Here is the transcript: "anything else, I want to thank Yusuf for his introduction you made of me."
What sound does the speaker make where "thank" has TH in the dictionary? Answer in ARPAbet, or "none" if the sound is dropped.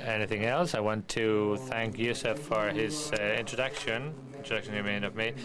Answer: TH